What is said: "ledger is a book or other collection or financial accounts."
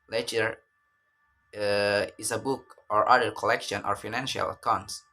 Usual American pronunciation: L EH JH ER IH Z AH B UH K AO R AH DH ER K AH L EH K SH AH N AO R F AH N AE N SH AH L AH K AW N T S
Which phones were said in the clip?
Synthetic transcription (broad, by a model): L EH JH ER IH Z AH B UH K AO R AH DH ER K AH L EH K SH AH N AO R F AH N AE N SH AH L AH K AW N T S